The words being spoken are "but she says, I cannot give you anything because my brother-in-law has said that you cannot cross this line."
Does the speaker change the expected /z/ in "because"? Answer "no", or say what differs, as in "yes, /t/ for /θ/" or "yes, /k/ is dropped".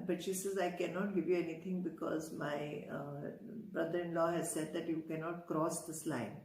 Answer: no